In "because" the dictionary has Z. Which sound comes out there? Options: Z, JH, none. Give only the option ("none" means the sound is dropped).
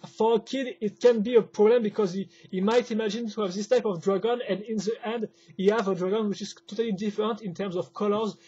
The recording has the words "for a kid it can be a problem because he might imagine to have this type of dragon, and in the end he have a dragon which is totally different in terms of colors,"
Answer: Z